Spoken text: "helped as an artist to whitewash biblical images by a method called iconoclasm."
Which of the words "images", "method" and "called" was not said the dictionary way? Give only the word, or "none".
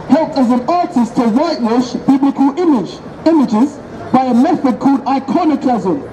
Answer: none